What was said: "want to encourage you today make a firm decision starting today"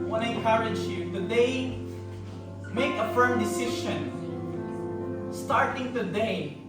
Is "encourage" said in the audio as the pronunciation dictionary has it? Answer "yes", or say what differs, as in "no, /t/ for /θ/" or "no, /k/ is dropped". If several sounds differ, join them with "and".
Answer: no, /n/ is dropped